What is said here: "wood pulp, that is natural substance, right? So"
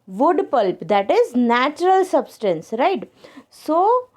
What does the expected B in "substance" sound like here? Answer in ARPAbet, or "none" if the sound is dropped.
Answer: B